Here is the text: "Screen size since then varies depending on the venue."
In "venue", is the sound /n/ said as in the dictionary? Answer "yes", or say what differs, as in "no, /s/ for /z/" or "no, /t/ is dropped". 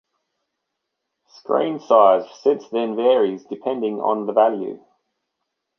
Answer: no, /l/ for /n/